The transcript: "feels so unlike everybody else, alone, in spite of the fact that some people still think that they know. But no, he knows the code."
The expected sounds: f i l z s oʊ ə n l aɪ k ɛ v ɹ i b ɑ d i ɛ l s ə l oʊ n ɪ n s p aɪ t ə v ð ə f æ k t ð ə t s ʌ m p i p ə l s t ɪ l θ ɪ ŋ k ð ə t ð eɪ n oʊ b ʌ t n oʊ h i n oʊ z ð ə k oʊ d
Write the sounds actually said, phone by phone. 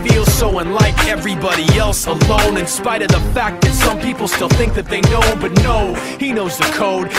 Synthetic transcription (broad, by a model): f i l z s oʊ ə n l aɪ k ɛ v ɹ i b ɑ d i ɛ l s ə l oʊ n ɪ n s p aɪ t ə v ð ə f æ k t ð ə t s ʌ m p i p l s t ɪ l θ ɪ ŋ k ð ə t ð eɪ n oʊ b ʌ t n oʊ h i n oʊ z ð ə k oʊ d